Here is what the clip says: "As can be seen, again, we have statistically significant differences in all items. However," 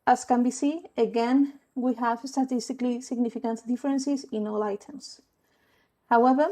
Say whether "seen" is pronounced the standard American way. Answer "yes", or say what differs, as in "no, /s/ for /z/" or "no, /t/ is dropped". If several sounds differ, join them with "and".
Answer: no, /n/ is dropped